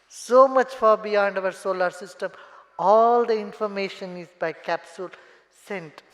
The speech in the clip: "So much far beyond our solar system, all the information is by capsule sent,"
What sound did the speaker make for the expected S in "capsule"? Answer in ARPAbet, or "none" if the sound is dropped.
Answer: S